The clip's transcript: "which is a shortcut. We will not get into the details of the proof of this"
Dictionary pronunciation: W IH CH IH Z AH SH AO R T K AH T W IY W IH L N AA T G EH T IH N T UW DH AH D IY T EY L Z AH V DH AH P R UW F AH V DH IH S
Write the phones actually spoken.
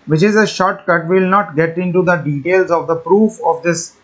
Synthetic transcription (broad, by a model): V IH CH IH Z AH SH AO R T K AH T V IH L N AA T G EH T IH N T UW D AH D IY T EY L Z AH V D AH P R UW F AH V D IH S